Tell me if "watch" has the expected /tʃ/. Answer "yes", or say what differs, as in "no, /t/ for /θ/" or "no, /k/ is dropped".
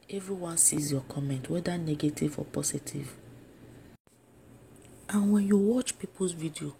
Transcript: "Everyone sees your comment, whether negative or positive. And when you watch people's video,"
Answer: yes